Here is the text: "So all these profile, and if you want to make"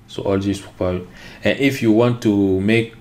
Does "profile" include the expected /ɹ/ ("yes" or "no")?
no